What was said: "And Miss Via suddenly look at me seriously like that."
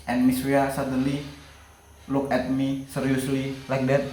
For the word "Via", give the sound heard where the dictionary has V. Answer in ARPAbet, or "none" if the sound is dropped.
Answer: W